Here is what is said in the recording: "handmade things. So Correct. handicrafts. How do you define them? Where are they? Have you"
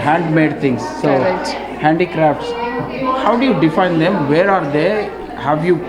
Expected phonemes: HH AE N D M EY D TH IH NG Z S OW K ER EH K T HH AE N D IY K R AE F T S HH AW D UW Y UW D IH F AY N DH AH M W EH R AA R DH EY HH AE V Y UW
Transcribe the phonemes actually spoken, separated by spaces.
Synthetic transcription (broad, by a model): HH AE N D M EY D T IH NG S OW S HH AE N D IY K R AE F T S HH AW D UW Y UW D IH F AY N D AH M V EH R AA R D EY HH AE V Y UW